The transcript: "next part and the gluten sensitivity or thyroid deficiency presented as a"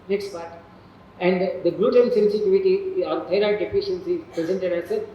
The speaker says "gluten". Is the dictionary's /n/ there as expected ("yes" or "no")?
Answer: no